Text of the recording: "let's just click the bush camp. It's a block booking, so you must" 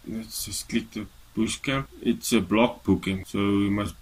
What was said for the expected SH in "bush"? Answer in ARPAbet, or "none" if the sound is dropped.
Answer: S